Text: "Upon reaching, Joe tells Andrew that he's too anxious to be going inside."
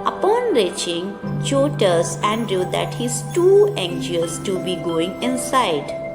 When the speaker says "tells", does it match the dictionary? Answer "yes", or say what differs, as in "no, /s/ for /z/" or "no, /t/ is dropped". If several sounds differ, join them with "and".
no, /l/ is dropped